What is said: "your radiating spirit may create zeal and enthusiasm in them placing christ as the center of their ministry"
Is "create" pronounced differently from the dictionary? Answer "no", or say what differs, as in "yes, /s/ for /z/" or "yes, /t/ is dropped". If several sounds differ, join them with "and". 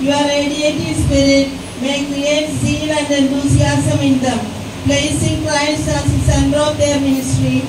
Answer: yes, /ɹ/ is dropped